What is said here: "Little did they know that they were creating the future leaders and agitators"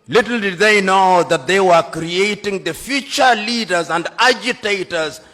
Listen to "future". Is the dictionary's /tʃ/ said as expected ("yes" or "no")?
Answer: yes